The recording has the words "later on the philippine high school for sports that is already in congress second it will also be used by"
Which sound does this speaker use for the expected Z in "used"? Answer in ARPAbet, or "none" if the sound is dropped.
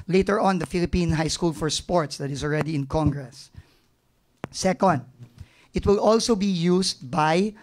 S